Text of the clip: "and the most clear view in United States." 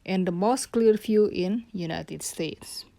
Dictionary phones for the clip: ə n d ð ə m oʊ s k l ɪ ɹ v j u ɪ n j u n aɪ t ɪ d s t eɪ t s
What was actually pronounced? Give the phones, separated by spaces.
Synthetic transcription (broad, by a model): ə n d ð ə m oʊ s k l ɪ ɹ f j u ɪ n j u n aɪ t ɪ d s t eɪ t s